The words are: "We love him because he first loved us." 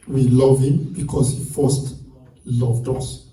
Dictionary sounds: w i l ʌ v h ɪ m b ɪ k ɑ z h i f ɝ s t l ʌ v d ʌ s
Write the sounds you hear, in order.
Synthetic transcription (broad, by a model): w i l ʌ v h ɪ m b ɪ k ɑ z h i f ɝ s t l ʌ v d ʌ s